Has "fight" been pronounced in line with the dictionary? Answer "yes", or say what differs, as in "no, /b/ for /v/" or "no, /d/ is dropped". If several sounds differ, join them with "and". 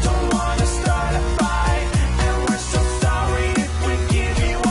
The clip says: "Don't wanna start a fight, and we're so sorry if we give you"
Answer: no, /t/ is dropped